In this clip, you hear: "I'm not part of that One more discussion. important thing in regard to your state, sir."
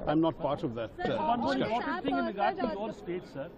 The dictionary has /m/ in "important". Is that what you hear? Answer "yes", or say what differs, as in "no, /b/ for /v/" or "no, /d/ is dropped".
no, /m/ is dropped